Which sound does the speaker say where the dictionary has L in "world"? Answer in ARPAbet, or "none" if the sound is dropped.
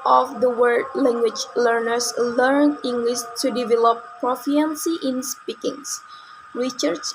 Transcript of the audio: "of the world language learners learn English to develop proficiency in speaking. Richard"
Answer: none